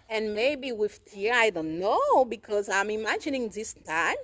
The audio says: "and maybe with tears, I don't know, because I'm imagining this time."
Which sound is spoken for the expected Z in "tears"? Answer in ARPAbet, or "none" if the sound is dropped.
none